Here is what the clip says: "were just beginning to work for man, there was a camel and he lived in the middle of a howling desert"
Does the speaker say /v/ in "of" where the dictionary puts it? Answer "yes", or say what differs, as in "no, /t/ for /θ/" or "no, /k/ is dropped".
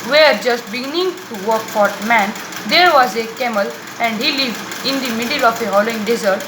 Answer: no, /f/ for /v/